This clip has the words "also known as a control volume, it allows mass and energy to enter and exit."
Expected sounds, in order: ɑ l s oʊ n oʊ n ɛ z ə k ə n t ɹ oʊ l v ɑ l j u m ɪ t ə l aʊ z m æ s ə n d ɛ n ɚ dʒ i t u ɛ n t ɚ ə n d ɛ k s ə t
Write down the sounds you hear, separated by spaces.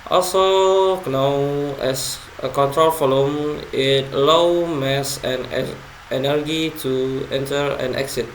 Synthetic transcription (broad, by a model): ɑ l s oʊ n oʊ ɛ s ə k ə n t ɹ oʊ l f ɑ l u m ɪ t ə l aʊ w m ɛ s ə n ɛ n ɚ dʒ i t u ɛ n t ɚ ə n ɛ k s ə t